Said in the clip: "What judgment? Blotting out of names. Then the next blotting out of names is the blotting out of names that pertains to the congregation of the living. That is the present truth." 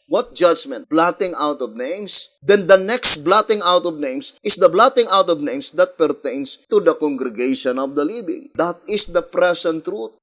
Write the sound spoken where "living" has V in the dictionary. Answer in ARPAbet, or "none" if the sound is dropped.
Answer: B